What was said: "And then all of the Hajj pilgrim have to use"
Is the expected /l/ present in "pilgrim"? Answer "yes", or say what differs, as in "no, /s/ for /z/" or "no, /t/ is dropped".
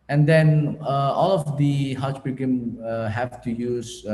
no, /l/ is dropped